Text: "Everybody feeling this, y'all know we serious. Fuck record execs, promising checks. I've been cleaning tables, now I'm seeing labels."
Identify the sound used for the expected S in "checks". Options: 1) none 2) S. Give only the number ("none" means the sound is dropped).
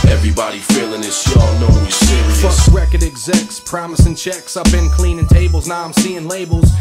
2